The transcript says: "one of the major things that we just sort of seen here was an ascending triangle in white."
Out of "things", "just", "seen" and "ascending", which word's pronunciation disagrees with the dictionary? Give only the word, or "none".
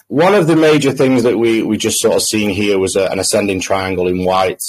none